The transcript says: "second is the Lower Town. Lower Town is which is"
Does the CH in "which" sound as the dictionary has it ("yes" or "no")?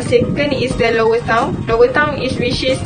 no